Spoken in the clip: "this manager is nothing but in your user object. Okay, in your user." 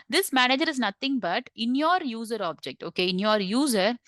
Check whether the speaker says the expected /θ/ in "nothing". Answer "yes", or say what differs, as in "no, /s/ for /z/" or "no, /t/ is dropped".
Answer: no, /t/ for /θ/